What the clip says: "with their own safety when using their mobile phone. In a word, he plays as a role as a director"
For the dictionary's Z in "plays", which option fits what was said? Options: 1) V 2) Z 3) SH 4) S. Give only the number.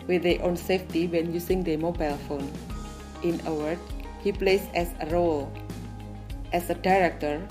4